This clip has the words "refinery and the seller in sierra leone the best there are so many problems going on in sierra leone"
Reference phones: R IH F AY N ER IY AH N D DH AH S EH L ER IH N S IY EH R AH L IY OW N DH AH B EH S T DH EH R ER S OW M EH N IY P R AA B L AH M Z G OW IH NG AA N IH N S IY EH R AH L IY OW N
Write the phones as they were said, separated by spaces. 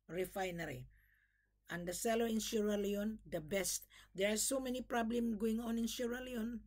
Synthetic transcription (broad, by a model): R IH F AY N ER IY AH N D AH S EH L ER IH N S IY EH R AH L IY OW N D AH B EH S T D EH R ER S OW M EH N IY P R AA B L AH M G OW IH NG AA N IH N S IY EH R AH L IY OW N